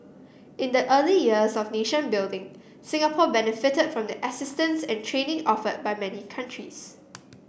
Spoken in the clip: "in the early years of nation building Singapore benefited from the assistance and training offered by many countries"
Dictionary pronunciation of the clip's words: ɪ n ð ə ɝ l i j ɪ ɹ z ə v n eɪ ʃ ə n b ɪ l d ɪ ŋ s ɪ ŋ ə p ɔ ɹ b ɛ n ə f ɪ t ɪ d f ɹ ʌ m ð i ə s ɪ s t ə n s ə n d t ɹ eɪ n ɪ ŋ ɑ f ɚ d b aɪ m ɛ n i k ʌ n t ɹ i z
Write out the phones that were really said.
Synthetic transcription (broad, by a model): ɪ n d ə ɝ l i j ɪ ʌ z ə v n eɪ ʃ ə n b ɪ l d ɪ ŋ s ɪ ŋ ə p ɔ b ɛ n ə f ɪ t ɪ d f ɹ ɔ m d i ə s ɪ s t ə n s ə n t ɹ eɪ n ɪ ŋ ɑ f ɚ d b aɪ m ɛ n i k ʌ n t ɹ i s